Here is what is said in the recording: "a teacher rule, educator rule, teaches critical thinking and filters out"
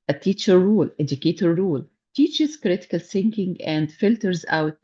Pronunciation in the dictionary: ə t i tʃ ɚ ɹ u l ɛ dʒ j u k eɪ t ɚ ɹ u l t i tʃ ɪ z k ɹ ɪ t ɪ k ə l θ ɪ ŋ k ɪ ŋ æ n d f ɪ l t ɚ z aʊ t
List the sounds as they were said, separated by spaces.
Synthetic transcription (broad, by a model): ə t i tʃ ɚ ɹ u l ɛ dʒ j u k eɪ t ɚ ɹ u l t i tʃ ɪ z k ɹ ɪ t ɪ k ə l s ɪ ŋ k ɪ ŋ æ n d f ɪ l t ɚ z aʊ t